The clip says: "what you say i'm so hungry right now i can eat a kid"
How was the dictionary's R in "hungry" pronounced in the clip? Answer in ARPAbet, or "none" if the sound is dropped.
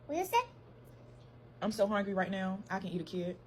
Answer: R